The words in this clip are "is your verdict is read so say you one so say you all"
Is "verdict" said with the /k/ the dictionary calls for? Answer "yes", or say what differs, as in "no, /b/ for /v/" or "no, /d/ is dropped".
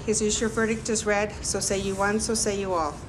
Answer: yes